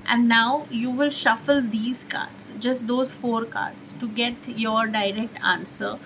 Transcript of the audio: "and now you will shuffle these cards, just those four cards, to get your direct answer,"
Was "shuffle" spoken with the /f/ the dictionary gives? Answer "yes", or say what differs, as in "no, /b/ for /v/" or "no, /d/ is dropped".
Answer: yes